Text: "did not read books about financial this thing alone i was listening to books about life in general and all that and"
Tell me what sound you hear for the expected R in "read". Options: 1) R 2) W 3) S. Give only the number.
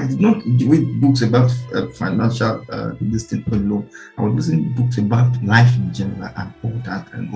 2